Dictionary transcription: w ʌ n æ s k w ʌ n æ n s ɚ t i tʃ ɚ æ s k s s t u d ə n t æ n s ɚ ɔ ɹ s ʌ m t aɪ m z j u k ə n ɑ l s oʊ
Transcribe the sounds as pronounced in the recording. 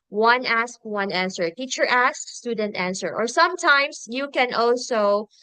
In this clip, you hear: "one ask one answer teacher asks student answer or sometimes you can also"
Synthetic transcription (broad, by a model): w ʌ n æ s k w ʌ n æ n s ɚ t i tʃ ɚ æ s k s s t u d ə n t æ n s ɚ ɔ ɹ s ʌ m t aɪ m s j u k ə n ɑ l s oʊ